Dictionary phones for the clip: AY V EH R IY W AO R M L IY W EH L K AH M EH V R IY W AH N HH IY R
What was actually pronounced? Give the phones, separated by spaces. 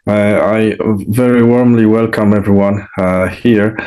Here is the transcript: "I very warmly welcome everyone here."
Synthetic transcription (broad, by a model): AY V EH R IY W AO R M L IY W EH L K AH M EH V R IY W AH N HH IY R